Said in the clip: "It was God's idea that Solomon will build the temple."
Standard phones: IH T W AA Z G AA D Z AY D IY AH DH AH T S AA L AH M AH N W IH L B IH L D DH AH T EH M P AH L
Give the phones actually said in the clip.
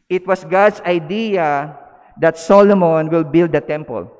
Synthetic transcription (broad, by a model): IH T W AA S G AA D S AY D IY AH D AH T S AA L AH M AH N W IH L B IH L D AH T EH M P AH L